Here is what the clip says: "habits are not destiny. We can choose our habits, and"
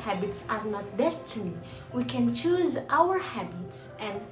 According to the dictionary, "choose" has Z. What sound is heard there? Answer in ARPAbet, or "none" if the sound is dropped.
Z